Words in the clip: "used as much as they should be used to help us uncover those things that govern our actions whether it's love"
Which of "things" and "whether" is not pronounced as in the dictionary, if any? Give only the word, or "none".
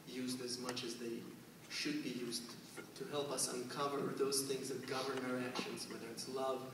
none